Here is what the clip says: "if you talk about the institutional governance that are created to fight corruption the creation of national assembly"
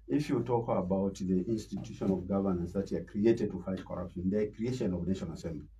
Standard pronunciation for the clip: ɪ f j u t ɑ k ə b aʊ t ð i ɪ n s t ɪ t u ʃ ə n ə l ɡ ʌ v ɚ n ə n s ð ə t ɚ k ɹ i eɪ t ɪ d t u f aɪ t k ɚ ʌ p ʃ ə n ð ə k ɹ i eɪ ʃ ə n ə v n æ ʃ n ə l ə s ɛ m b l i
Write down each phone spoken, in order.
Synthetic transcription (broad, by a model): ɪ f j u t ɑ k ə b aʊ t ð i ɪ n s t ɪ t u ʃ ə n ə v ɡ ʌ v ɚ n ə n s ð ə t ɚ k ɹ i eɪ t ɪ d t u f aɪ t k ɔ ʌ p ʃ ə n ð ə k ɹ i eɪ ʃ ə n ə v n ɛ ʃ ə n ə s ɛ m b l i